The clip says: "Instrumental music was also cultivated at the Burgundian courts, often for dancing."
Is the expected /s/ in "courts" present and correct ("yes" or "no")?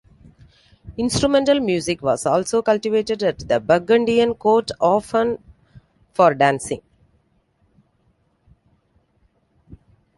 no